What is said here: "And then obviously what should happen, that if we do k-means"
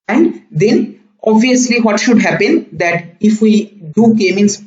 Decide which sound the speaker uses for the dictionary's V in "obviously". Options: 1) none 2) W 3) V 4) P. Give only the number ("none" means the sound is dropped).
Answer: 3